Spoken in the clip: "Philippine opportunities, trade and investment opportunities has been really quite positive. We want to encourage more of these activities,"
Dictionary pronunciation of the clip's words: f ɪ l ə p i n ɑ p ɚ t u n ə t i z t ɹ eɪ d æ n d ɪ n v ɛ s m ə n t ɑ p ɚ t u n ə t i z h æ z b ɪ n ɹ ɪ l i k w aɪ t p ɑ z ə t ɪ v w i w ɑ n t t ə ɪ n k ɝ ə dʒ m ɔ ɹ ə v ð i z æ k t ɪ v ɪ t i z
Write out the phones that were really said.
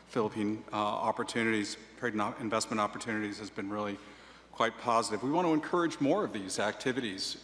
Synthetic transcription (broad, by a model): f ɪ l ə p i n ɑ p ɚ t u n ə t i z t ɹ eɪ d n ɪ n v ɛ s m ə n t ɑ p ɚ t u n ə t i z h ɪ z b ɪ n ɹ ɪ l i k w aɪ t p ɑ z ə t ɪ v w i w ɑ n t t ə ɪ n k ɝ ə dʒ m ɔ ɹ ə v ð i z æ k t ɪ v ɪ t i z